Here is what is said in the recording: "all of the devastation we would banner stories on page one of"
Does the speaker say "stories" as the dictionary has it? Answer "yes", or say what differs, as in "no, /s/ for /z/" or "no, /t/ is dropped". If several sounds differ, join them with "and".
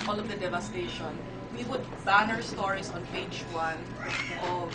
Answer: no, /s/ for /z/